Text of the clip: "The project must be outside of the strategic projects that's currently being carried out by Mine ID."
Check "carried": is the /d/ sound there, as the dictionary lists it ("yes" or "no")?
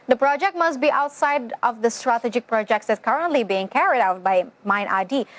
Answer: yes